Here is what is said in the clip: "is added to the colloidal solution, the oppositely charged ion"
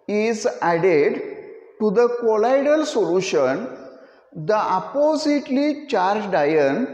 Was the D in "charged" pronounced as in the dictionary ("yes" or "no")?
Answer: yes